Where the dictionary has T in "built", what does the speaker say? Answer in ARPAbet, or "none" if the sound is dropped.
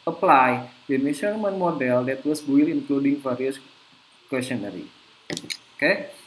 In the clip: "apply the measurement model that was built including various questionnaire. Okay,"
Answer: none